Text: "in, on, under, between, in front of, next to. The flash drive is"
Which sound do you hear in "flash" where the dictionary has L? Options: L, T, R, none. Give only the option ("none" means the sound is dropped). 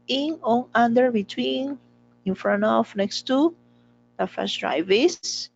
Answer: none